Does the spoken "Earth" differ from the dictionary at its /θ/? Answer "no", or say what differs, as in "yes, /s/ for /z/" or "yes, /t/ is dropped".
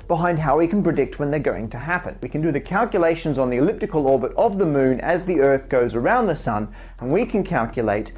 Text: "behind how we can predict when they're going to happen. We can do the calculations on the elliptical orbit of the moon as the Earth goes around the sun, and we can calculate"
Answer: no